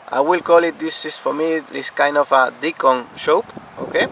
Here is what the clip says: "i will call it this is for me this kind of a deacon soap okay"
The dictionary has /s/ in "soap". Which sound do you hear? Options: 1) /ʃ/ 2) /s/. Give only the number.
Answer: 1